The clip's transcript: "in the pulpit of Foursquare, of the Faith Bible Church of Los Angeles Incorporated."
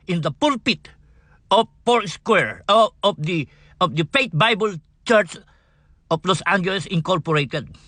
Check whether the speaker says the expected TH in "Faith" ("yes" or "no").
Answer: no